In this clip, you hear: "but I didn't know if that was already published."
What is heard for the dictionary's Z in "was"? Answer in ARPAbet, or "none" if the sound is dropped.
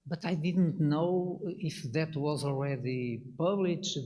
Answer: Z